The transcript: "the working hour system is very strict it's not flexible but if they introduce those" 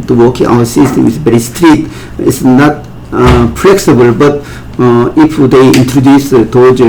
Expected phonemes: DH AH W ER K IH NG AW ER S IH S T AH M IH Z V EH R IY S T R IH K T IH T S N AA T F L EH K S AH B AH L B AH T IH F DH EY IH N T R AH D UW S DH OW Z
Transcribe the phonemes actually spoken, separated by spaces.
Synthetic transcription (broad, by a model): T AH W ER K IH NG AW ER S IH S T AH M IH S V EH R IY S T R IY T IH T S N AA T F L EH K S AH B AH L B AH T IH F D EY IH N T R AH D UW S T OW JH